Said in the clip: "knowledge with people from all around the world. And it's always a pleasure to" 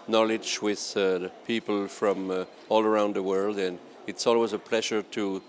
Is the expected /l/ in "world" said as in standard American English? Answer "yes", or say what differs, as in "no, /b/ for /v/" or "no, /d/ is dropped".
yes